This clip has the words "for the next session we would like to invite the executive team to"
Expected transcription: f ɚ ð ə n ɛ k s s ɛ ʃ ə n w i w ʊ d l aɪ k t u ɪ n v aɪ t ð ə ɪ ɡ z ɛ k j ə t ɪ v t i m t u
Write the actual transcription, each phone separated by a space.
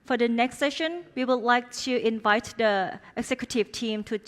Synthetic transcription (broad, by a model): f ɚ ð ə n ɛ k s s ɛ ʃ ə n w i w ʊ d l aɪ k t u ɪ n v aɪ t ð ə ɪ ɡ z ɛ k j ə t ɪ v t i m t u